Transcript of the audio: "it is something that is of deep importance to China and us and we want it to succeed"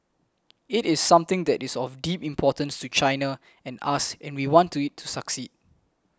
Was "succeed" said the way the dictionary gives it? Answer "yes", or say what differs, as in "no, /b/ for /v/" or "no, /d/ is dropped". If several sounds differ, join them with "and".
yes